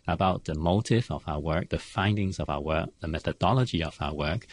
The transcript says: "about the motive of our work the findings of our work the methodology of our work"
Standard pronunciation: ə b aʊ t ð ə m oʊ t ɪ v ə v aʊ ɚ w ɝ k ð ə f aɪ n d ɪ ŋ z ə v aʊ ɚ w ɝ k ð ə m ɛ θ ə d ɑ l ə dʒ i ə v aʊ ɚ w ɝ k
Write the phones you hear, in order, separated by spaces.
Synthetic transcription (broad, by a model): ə b aʊ t ð ə m oʊ t ɪ v ə v aʊ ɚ w ɝ k ð ə f aɪ n d ɪ ŋ z ə v aʊ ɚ w ɝ k ð ə m ɛ θ ə d ɑ l ə dʒ i ə v aʊ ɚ w ɝ k